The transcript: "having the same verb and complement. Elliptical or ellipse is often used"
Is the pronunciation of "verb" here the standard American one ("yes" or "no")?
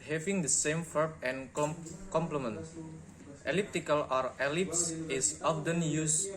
no